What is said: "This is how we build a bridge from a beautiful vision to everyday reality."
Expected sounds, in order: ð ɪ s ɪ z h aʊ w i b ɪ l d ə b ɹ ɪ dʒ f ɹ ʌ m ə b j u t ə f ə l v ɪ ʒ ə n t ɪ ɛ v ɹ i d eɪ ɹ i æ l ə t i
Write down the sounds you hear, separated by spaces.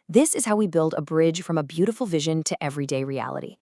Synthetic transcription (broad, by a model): ð ɪ s ɪ z h aʊ w i b ɪ l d ə b ɹ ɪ ʒ f ɹ ʌ m ə b j u t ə f l v ɪ ʒ ə n t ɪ ɛ v ɹ i d eɪ ɹ i æ l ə t i